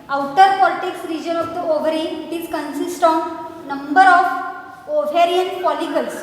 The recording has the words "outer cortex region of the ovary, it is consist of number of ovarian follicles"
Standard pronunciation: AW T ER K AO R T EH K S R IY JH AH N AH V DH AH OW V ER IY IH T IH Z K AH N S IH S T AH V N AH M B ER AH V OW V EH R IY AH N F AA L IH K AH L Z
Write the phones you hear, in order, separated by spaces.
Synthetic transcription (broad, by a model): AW T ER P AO L T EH K S R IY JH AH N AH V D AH OW V ER IY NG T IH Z K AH N S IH S T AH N N AH M B ER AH F OW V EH R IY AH N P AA L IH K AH L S